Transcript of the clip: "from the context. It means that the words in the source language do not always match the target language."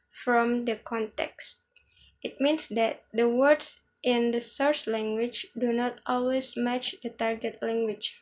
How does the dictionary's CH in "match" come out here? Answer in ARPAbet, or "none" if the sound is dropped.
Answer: CH